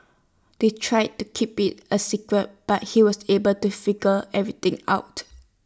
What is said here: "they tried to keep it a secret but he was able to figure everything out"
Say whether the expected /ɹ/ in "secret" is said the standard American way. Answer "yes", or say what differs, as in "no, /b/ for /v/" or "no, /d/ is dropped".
yes